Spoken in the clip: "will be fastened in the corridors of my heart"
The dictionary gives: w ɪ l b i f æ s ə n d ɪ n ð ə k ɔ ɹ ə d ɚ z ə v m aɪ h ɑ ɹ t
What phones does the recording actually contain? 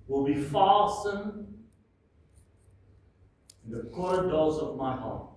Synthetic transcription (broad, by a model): w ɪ l b i f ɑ s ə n ɪ n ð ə k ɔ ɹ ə d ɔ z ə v m aɪ h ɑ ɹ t